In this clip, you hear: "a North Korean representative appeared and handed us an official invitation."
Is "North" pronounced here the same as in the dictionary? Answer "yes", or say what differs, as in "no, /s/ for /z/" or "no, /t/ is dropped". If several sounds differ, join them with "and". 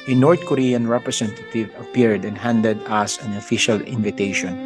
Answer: no, /t/ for /θ/